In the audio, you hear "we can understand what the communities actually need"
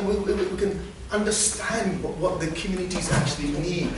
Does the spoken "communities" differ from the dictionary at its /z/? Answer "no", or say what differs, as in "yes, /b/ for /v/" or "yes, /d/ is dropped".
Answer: no